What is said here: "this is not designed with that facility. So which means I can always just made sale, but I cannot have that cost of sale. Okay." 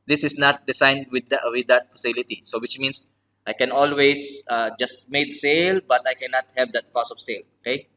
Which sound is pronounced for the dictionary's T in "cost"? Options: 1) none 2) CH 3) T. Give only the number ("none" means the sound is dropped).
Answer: 1